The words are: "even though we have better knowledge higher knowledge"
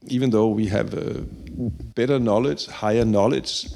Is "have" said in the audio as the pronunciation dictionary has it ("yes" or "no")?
yes